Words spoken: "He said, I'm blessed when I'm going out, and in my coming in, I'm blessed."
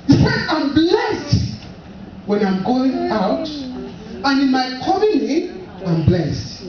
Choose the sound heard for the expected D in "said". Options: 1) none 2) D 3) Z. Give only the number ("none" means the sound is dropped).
1